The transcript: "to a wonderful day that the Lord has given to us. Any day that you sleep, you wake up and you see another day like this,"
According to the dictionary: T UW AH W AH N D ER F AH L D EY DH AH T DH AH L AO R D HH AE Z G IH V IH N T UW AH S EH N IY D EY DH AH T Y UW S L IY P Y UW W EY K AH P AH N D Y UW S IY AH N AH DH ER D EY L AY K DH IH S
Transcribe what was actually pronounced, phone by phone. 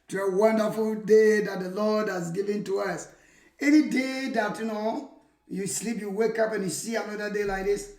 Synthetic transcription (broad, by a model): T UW AH W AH N D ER F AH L D EY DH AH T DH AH L AO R D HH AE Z G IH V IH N T UW AH S EH N IY D EY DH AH T Y UW S L IY P Y UW W EY K AH P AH N Y UW S IY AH N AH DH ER D EY L AY K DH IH S